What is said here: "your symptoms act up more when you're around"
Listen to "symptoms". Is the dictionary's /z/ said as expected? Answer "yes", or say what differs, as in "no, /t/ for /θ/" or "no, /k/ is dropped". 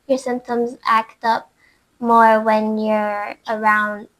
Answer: yes